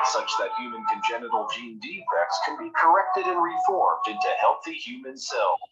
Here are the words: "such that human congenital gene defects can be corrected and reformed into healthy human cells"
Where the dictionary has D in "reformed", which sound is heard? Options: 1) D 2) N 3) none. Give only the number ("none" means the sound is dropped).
1